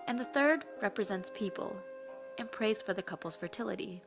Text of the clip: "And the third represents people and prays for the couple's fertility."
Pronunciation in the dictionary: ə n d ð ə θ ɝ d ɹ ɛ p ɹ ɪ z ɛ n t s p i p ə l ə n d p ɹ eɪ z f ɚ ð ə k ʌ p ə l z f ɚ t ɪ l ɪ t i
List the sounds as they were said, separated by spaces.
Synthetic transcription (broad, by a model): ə n ð ə θ ɝ d ɹ ɛ p ɹ ɪ z ɛ n t s p i p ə l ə n p ɹ eɪ z f ɚ ð ə k ʌ p l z f ɚ t ɪ l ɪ t i